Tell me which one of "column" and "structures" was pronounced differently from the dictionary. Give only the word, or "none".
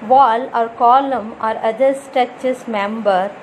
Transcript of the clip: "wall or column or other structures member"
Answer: structures